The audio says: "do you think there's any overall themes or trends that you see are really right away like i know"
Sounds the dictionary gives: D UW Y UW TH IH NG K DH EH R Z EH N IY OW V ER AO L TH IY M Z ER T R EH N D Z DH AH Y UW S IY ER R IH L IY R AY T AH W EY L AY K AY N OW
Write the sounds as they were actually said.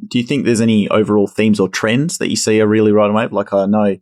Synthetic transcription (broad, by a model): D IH Y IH TH IH NG K DH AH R Z EH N IY OW V ER AO L TH IY M Z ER T R EH N D Z DH AH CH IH S IY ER R IH L IY R AY T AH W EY L AY K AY N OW